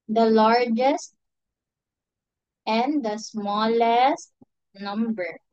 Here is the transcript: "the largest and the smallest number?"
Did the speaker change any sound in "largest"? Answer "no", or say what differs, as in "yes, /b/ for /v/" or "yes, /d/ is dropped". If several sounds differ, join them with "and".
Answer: no